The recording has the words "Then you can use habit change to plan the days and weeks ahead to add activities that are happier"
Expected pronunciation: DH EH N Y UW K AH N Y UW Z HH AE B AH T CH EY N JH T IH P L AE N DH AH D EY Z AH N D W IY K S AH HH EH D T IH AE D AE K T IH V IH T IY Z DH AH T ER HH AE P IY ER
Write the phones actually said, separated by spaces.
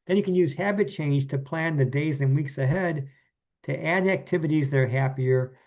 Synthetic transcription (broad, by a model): DH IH N Y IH K AH N Y UW Z HH AE B AH T CH EY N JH T IH P L AE N DH AH D EY Z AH N W IY K S AH HH EH D T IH AE D AE K T IH V IH T IY Z DH AH T ER HH AE P IY ER